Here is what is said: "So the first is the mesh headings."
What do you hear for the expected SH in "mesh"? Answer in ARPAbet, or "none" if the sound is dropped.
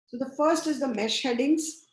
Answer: SH